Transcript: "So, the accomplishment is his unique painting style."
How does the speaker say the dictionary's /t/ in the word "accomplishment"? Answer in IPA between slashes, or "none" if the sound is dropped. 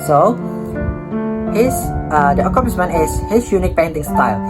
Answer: none